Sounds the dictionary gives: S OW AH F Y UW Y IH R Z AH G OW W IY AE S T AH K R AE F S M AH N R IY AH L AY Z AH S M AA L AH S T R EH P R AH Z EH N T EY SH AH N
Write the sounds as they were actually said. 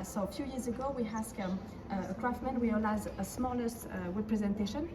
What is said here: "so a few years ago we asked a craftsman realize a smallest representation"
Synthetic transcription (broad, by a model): S OW AH F Y UW Y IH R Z AH G OW W IY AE S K AH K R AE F M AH N W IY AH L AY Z AH S M AA L AH S T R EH P R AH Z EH N T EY SH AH N